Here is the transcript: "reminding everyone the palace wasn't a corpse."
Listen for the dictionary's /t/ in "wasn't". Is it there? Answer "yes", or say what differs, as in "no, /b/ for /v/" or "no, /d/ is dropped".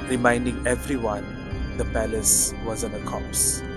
no, /t/ is dropped